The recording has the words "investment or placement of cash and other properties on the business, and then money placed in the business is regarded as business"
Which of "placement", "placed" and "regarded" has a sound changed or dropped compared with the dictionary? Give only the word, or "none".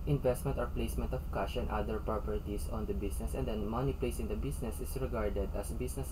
placed